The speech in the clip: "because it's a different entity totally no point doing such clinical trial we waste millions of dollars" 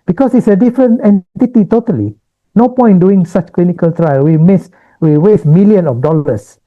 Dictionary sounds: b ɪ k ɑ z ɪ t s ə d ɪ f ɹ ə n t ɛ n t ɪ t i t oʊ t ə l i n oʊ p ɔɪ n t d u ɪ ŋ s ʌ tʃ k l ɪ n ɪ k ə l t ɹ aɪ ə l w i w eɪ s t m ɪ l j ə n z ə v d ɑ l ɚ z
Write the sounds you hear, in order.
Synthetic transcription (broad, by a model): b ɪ k ɑ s ɪ t s ə d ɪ f ɹ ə n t ɛ n t ɪ t i t oʊ t ə l i n oʊ p ɔɪ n d u ɪ ŋ s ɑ tʃ k l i n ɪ k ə l t ɹ aɪ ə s w i w eɪ s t m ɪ l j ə n ə f d ɑ l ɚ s